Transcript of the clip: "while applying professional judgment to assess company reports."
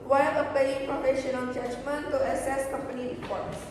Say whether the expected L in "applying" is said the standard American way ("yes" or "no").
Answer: no